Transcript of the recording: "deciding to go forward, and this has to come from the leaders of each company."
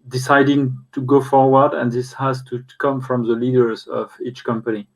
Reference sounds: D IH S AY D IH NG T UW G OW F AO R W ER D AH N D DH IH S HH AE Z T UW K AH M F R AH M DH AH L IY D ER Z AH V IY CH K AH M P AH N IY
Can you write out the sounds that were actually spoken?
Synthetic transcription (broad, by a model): D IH S AY D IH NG T UW G OW F AO R W ER D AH N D DH IH S HH AE Z T UW K AH M F R AH M DH AH L IY D ER Z AH V IY CH K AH M P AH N IY